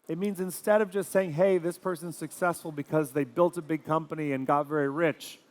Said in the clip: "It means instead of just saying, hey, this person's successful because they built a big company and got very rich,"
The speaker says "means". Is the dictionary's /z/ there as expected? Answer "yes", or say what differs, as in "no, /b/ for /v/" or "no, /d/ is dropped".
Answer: yes